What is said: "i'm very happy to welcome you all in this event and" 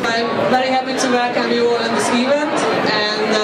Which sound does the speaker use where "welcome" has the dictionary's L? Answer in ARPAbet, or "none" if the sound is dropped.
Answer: none